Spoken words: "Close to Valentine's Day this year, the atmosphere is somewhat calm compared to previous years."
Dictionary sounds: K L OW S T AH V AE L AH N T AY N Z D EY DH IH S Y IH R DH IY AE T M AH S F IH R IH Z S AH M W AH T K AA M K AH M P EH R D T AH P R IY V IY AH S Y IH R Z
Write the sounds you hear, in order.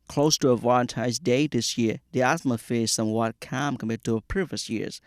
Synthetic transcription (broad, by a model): K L OW S T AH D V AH N T AY Z D EY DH IH S Y IH R DH IY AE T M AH F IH IH Z S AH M W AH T K AA M K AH M EH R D T AH P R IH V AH S Y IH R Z